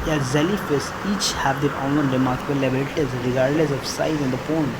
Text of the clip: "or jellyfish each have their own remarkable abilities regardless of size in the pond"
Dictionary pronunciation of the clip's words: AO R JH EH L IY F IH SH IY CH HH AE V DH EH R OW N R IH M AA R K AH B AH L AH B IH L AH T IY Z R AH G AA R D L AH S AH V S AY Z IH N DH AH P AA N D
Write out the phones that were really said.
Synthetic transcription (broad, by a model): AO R Z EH L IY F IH S IY CH HH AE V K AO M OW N R IH M AA R K AH B AH L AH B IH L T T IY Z R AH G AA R D L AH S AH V S AY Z IH N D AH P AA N